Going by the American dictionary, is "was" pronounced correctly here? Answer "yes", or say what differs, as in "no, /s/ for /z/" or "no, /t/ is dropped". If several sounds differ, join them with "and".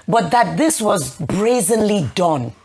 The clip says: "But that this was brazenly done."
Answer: yes